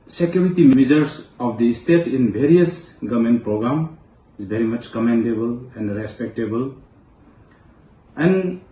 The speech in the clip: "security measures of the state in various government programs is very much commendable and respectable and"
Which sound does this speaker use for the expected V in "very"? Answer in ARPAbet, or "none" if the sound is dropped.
B